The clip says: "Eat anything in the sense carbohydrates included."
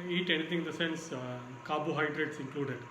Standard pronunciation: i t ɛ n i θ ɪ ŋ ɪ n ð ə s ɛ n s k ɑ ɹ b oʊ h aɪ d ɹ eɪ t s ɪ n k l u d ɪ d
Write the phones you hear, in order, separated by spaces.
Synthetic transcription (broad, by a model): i t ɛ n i t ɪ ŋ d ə s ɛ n s k ɑ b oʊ h aɪ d ɹ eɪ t s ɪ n k l u d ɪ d